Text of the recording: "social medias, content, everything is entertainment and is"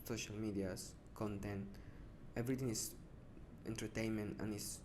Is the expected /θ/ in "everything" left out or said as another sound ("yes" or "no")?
yes